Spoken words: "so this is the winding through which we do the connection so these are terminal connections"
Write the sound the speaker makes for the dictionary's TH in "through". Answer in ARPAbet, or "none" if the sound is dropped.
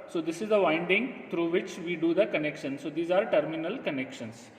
T